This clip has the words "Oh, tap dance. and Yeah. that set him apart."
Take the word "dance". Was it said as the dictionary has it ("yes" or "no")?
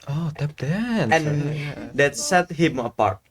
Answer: no